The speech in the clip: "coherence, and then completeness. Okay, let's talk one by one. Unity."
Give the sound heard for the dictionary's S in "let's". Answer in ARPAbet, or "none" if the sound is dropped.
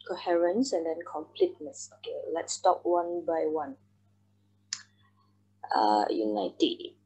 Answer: S